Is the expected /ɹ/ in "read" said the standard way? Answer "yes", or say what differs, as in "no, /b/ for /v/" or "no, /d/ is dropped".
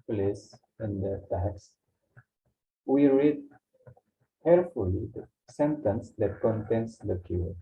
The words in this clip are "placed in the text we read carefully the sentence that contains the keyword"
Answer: yes